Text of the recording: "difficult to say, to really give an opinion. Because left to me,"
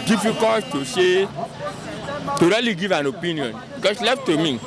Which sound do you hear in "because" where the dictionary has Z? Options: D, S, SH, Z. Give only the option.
S